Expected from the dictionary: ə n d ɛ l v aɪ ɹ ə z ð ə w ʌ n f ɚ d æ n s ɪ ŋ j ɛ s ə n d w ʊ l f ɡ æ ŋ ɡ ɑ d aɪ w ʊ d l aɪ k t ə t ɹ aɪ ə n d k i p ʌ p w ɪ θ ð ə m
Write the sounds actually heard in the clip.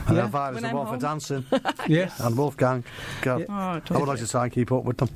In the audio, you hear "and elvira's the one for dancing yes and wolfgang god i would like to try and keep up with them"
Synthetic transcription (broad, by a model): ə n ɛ v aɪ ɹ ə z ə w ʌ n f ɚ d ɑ n s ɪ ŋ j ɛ ə n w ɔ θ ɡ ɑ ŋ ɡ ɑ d aɪ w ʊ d l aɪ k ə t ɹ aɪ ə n k i p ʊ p w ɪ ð ə m